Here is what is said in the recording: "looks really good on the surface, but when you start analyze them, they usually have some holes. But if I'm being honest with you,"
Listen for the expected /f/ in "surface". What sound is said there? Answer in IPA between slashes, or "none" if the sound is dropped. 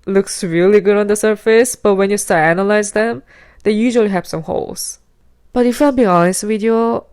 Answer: /f/